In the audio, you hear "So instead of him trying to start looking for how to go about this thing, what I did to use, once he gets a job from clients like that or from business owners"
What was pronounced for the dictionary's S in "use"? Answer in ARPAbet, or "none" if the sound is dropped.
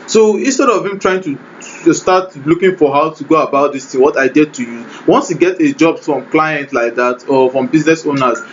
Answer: none